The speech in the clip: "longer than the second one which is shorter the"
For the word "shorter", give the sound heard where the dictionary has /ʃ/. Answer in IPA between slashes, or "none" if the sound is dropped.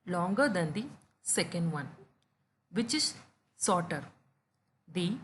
/s/